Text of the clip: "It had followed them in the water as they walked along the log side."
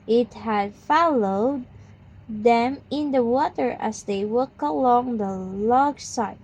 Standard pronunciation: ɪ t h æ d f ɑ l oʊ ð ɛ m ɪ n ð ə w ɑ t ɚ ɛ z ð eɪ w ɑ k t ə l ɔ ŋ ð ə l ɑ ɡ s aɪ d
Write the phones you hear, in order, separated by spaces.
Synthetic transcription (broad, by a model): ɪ t h æ d f ɑ l oʊ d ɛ m ɪ n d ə w ɑ t ɚ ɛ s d eɪ w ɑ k ə l ɔ ŋ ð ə l ɑ ɡ s aɪ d